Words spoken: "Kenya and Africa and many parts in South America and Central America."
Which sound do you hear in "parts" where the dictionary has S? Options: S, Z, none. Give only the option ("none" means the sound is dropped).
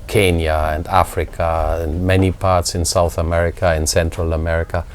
S